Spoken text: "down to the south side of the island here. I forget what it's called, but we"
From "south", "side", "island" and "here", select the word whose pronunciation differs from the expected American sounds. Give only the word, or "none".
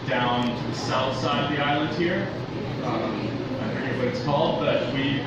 none